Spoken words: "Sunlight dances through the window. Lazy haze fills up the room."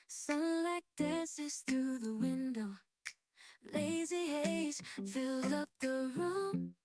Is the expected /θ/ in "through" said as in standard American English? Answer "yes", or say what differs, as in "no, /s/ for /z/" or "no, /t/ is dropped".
yes